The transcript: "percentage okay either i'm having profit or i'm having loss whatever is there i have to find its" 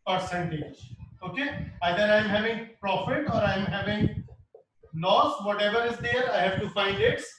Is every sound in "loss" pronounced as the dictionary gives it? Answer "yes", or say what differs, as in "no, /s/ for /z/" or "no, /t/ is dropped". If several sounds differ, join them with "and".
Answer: no, /n/ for /l/